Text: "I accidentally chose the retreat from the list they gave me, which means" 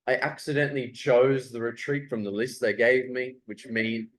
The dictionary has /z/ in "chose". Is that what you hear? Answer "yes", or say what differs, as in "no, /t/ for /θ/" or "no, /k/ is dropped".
yes